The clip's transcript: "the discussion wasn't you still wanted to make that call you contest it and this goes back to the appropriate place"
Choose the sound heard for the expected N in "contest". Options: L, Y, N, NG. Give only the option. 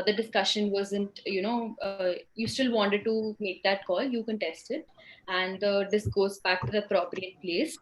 N